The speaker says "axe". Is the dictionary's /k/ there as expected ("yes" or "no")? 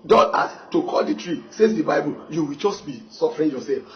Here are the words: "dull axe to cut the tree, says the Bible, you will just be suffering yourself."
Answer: no